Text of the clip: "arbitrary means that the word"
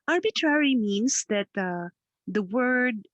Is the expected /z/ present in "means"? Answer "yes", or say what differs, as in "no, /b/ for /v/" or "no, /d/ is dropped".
no, /s/ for /z/